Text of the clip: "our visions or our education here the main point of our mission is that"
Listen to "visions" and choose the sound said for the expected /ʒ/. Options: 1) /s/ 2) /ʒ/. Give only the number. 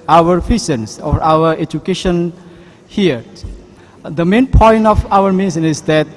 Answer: 1